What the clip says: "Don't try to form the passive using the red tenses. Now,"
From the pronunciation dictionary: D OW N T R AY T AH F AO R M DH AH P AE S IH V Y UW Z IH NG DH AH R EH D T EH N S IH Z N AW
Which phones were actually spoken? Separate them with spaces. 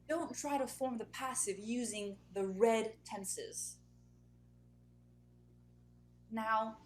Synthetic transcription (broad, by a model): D OW N T R AY T AH F AO R M DH AH P AE S IH V Y UW Z IH NG DH AH R EH D T EH N S IH Z N AW